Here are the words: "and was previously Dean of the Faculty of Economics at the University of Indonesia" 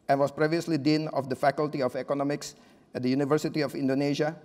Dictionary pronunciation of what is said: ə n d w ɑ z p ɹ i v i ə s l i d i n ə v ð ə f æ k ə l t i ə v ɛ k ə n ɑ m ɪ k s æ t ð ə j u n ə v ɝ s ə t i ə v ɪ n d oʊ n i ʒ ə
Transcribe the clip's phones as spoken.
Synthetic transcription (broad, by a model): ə n w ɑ s p ɹ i v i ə s l i d i n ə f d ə f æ k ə l t i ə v ɛ k ə n ɑ m ɪ k s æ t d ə j u n ə v ɝ s ə t i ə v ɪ n d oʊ n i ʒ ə